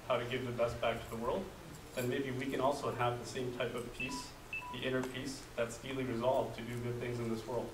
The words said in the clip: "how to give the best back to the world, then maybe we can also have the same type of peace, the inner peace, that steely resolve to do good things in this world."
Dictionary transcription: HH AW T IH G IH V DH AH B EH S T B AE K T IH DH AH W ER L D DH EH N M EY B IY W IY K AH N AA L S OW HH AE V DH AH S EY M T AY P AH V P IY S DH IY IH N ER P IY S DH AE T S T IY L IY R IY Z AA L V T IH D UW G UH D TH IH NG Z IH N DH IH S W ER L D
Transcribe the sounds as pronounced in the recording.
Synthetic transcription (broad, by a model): HH AW T IH G IH V DH AH B EH S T B AE K T IH DH AH W ER L D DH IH N M EY B IY W IY K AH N AA L S OW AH V DH AH S EY M T AY P AH V P IY S DH IY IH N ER P IY S DH AE T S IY L IY R IY Z AA L V T IH D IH G UH D TH IH NG Z IH N DH IH S W ER L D